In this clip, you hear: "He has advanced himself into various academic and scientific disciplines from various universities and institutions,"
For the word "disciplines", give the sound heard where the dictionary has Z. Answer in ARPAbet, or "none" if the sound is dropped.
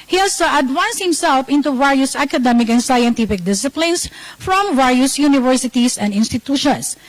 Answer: S